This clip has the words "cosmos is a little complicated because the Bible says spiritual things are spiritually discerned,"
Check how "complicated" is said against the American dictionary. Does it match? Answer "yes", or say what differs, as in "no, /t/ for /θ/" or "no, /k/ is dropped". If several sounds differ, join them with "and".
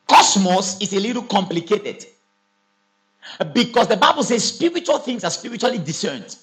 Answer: yes